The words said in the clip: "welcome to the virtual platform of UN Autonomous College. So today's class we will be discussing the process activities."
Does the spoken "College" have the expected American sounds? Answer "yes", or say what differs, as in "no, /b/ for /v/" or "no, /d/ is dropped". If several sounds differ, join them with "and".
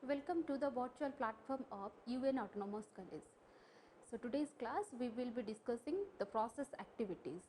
no, /z/ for /dʒ/